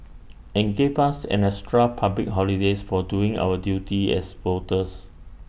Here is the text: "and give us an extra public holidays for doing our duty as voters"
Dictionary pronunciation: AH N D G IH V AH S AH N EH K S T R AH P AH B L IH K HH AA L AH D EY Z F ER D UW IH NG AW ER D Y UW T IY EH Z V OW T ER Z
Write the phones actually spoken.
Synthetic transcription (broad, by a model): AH N G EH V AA S AH N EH S T R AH P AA B L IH K HH AA L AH D EY S F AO D UW IH NG AW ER D Y UW T IY EH S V OW T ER S